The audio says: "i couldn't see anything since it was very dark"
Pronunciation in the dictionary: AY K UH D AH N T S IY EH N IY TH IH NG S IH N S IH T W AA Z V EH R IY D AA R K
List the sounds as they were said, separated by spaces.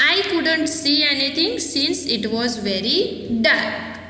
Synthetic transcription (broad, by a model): AY K UH D AH N T S IY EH N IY T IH NG S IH N S IH T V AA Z V EH R IY D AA R K